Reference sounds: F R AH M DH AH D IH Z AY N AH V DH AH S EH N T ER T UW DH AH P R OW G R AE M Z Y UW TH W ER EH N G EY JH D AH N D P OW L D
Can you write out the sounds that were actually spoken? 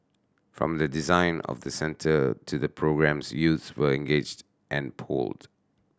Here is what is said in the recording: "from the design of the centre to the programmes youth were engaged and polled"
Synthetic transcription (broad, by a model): F R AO M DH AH D IH Z AY N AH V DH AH S EH N T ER T UW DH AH P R OW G R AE M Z Y UW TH W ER EH N G EY JH D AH N P OW L D